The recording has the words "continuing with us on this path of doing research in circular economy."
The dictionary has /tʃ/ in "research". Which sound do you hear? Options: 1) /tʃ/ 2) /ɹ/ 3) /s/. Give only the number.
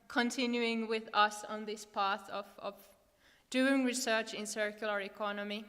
1